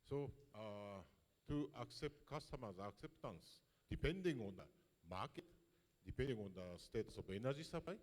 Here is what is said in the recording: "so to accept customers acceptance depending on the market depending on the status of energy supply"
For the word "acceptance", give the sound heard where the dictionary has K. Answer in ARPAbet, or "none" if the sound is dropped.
K